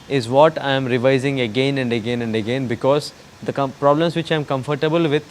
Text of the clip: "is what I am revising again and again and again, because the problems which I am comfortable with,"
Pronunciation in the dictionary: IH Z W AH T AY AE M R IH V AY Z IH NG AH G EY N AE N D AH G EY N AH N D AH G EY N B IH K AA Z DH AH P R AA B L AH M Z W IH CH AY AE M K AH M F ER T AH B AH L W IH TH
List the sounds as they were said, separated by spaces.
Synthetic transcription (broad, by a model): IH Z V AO T AY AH M R IH V AY Z IH NG AH G EY N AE N D AH G EY N AH N D AH G EY N B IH K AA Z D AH P R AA B L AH M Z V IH CH AY M K AH M F ER T AH B AH L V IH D